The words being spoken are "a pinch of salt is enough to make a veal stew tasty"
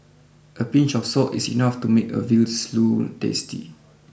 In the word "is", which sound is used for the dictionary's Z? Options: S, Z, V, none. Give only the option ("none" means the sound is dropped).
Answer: S